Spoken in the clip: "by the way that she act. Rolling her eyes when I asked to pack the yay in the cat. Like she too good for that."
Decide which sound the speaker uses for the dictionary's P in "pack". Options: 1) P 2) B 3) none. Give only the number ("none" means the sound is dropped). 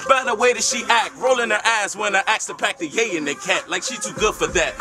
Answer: 1